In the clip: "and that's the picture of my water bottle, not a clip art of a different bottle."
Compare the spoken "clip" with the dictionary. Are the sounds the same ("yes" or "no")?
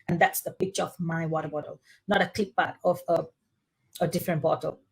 no